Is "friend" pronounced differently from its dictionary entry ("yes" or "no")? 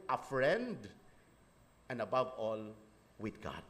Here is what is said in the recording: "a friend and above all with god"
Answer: no